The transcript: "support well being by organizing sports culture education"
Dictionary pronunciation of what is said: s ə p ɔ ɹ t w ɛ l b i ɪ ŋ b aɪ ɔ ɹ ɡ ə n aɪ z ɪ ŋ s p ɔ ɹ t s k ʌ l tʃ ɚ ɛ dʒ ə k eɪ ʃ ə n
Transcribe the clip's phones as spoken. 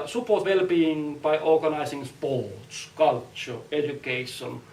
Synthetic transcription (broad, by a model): s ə p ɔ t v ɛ l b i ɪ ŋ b aɪ ɔ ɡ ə n aɪ s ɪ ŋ s p ɔ t s k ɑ l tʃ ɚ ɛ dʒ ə k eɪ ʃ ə n